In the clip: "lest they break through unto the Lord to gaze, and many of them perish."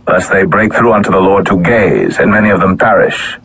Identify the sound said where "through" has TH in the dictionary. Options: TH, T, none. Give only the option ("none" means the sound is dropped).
TH